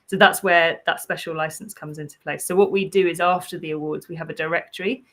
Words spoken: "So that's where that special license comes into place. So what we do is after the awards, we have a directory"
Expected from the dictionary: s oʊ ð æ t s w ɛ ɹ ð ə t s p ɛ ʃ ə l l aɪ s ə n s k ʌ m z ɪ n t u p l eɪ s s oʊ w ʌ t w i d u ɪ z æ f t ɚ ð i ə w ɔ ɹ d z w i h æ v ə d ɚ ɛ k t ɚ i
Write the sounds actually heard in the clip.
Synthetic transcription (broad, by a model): s oʊ ð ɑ t s w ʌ ð ə t s p ɛ ʃ ə l l aɪ s ə n s k ʌ m z ɪ n t u p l eɪ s s oʊ w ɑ t w i d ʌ ɪ z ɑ f t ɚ ð i ə w ɔ d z w i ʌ v ə d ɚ ɛ k t ɚ i